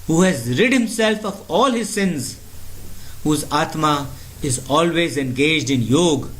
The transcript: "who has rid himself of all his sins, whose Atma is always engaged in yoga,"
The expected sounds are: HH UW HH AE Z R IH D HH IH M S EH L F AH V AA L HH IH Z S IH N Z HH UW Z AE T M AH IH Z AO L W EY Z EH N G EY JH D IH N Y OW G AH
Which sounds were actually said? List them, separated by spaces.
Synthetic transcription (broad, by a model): HH UW HH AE Z R IH D HH IH M S EH L F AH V AA L HH IH Z S IH N Z HH UW Z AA T M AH IH Z AO L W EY Z EH N G EY JH D IH N Y OW G